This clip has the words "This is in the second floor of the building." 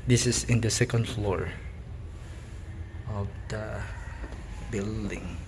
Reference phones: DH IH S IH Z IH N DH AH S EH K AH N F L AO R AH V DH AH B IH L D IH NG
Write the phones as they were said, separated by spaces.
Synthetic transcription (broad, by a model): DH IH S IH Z IH N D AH S EH K AH N F L AO R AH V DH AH B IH L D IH NG